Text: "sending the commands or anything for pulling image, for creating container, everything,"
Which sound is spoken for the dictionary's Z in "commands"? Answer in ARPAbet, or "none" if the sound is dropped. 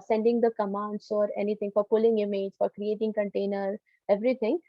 S